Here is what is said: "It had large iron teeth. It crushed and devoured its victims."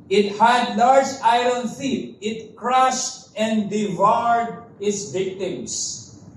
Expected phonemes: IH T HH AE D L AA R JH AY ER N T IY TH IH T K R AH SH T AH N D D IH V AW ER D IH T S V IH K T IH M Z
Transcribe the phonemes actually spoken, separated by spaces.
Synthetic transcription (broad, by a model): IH T HH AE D L AA R JH AY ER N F IY T IH T K R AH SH T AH N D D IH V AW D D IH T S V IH K T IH M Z